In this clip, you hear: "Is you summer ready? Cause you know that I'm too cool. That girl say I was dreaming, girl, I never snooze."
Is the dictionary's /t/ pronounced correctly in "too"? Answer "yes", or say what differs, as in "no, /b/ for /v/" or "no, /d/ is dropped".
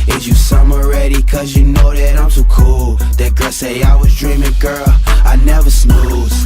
no, /s/ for /t/